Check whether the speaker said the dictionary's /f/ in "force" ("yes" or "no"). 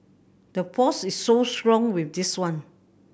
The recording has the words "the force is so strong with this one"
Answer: no